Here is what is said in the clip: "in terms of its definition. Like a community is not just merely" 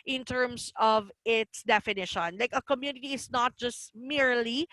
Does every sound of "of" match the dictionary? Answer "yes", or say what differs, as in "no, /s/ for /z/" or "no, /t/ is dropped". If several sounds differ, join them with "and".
yes